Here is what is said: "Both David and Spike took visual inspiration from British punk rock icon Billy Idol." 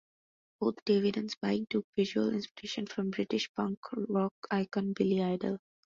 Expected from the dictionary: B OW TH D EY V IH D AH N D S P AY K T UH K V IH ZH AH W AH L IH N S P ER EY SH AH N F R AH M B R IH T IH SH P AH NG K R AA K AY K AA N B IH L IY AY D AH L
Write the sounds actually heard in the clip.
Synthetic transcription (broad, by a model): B OW T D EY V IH D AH N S B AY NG T UH K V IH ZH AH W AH L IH N S P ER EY SH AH N F R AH M B R IH T IH SH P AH NG K R AA K AY K AA N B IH L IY AY D AH L